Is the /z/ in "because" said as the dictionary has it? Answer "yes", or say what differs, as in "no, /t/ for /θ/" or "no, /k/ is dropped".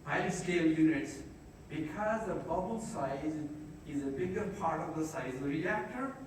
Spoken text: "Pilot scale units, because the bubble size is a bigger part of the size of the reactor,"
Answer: yes